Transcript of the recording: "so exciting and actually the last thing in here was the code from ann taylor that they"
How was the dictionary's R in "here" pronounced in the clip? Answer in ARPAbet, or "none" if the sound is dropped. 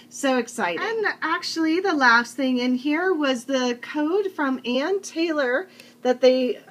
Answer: R